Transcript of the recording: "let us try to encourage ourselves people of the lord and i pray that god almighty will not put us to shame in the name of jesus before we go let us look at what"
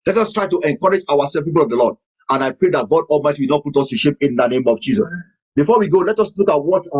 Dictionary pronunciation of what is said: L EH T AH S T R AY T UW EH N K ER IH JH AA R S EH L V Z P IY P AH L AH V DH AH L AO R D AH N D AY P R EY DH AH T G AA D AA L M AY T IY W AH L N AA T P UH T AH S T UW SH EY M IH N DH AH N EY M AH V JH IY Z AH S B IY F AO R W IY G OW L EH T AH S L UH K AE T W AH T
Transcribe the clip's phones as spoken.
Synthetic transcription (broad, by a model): L EH T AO S T R AY T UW EH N K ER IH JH AA W S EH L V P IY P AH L AH V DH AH L AO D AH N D AY P R EY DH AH T G AA D AA L M AY T IY W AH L N AA T P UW T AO S T UW SH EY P IH N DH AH N EY M AH V JH IY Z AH S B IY F AO W IY G OW L EH T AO S L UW K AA T W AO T